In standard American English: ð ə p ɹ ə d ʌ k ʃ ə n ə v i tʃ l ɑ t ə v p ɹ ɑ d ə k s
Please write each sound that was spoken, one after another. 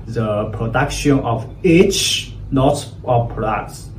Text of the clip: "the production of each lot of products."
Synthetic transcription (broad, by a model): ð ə p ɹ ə d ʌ k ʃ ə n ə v i tʃ n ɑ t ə p p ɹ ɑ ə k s